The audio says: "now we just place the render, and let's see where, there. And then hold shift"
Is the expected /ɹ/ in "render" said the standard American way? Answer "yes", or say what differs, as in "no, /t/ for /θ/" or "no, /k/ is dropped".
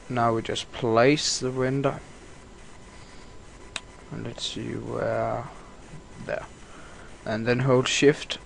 no, /w/ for /ɹ/